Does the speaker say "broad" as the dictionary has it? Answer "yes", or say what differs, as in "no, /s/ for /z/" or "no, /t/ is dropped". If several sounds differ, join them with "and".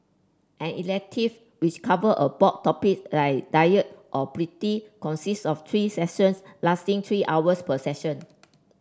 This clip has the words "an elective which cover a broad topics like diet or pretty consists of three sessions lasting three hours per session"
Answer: no, /ɹ/ is dropped